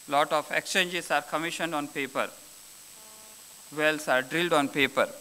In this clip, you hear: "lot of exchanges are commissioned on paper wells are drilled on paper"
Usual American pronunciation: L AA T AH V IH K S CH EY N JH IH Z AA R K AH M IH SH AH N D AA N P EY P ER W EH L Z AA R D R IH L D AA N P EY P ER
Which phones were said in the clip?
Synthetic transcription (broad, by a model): L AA T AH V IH K S CH EY N JH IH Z AA R K AH M IH SH AH N D AA N P EY P ER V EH L S AA R D R IH L D AA N P EY P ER